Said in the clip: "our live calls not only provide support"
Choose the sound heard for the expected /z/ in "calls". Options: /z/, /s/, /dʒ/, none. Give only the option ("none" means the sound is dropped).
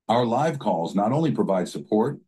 /z/